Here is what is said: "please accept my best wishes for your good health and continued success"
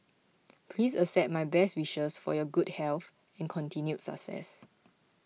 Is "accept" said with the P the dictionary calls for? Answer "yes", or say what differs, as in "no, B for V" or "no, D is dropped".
no, P is dropped